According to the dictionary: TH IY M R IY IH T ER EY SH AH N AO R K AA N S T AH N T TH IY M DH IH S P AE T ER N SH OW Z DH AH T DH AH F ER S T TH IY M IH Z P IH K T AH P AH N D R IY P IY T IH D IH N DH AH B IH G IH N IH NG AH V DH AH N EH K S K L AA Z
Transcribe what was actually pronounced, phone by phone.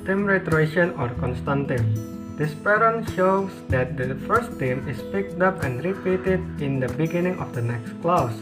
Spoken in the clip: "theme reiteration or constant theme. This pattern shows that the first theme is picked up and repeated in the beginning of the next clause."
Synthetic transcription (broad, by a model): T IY M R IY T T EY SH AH N AO R K AA N S T AH N T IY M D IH S P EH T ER N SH OW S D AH T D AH F ER S T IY M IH S P IH K T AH P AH N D R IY P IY T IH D IH N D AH B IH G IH N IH NG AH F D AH N EH K S K L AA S